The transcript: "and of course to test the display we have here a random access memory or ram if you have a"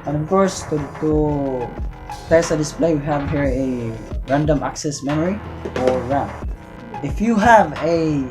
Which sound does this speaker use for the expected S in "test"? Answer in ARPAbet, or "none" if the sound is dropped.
none